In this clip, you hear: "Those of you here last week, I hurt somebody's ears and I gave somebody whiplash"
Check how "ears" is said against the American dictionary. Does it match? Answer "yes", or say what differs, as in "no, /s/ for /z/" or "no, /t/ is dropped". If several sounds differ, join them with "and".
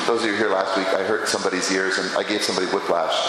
yes